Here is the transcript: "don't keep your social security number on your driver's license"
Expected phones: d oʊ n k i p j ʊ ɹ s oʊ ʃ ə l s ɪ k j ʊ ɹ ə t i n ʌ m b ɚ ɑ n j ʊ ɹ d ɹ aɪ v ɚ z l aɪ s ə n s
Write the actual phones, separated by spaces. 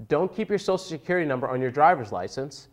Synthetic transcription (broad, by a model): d oʊ n k i p j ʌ ɹ s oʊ ə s s ɪ k j ʊ ɹ ə t i n ʌ m b ɚ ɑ n j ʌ ɹ d ɹ aɪ v ɚ z l aɪ s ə n s